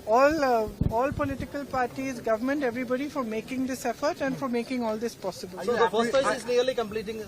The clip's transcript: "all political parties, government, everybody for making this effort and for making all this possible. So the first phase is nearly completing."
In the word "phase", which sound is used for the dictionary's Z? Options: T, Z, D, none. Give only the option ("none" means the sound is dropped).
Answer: none